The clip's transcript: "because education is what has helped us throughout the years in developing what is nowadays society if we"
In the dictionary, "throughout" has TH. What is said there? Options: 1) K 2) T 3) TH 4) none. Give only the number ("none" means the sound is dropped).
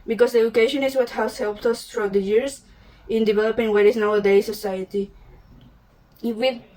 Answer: 2